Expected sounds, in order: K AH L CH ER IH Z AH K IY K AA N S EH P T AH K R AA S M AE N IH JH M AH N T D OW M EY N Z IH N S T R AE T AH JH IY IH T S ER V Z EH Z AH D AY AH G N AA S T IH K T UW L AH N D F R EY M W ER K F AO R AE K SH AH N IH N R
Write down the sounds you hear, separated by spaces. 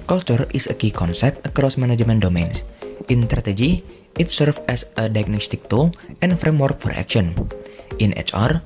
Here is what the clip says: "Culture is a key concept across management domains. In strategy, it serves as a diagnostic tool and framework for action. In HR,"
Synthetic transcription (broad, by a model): K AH L CH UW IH S AH K IY K AA N S EH P T AH K R AA S M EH N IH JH M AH N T D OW M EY N S IH N S T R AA T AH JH IY IH T S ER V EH S AH D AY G N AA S T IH K T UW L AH N F R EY M W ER K F AO R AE K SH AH N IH N R